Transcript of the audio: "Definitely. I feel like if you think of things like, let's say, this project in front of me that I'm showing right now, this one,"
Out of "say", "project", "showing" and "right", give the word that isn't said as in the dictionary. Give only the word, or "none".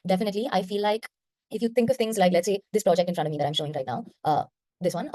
none